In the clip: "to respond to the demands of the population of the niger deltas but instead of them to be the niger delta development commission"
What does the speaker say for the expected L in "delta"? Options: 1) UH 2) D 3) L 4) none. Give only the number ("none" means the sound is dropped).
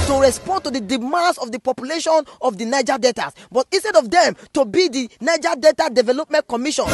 4